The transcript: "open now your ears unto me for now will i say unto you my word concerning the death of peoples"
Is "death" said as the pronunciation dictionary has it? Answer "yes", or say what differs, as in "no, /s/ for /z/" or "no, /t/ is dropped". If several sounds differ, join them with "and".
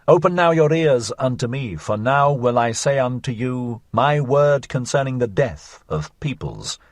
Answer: yes